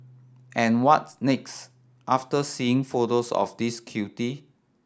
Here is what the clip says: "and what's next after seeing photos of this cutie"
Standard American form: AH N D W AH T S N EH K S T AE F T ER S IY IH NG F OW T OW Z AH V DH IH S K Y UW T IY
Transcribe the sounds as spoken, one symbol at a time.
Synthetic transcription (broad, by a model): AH N W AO T N EH K S T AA F T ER S IY IH NG F OW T OW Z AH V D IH S K Y UW T IY